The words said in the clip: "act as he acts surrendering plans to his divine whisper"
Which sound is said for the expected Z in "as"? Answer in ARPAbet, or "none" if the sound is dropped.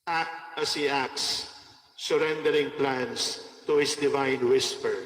S